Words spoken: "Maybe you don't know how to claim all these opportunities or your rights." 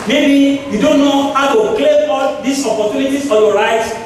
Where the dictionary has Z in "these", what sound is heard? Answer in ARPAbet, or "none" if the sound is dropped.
S